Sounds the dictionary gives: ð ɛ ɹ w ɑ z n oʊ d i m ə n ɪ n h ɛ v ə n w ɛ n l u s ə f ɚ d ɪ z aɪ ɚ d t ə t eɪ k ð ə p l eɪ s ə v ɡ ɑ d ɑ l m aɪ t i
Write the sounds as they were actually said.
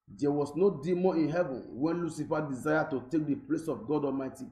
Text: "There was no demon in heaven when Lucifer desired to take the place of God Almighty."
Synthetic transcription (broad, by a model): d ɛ w ɑ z n oʊ d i m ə ɪ n h ɛ v ə n w ɛ n l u s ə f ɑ d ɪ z aɪ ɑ t ə t eɪ k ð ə p l eɪ s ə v ɡ ɑ d ɑ l m aɪ t i